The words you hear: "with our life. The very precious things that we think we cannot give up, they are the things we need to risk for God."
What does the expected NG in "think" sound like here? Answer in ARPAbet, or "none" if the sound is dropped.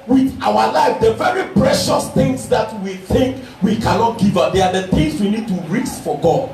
NG